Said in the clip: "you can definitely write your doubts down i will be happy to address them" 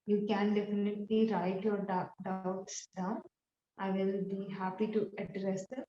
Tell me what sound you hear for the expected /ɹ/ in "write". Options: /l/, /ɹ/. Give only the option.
/ɹ/